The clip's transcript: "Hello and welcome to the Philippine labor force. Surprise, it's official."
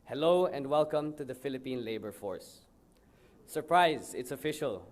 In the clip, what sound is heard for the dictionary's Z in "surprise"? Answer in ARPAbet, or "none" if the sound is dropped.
Z